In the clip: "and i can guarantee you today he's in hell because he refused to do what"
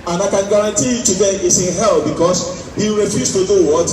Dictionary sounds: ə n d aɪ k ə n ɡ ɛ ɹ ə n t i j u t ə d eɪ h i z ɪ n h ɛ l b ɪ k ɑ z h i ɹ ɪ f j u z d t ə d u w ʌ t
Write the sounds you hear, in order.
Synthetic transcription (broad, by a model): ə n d aɪ k ə n ɡ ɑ ɹ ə n t i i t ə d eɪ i s ɪ n h ɛ l b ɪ k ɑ s h i ɹ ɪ f j u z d t ə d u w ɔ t